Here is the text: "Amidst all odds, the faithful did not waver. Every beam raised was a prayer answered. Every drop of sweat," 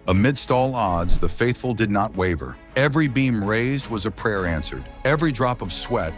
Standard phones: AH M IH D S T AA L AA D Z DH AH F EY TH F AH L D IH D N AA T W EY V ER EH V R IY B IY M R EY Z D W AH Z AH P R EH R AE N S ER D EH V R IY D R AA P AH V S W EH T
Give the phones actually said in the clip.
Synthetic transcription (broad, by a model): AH M IH D S T AA L AA D Z DH AH F EY TH F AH L D IH D N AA T W EY V ER EH V R IY B IY M R EY Z D W AH Z AH P R EH R AE N S ER D EH V R IY D R AA P AH V S W EH T